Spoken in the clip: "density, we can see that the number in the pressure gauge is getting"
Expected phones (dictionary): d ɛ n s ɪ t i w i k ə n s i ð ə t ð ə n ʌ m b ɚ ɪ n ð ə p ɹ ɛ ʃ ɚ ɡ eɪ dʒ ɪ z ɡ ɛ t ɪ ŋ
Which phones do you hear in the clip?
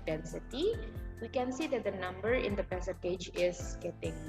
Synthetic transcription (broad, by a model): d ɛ n s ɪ t i w i k ə n s i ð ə t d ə n ʌ m b ɚ ɪ n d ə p ɛ s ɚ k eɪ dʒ ɪ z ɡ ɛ t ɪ ŋ